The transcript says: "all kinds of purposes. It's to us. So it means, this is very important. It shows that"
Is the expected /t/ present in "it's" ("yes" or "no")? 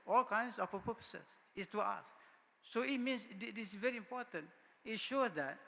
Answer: no